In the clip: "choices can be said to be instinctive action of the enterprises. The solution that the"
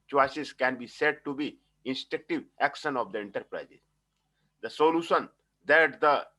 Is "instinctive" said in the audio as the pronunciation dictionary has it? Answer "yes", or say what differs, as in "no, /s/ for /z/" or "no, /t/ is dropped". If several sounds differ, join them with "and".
no, /ŋ/ is dropped